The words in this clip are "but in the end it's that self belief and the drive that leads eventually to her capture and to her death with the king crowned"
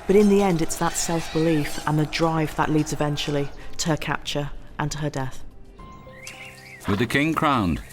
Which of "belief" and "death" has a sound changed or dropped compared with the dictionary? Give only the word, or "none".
none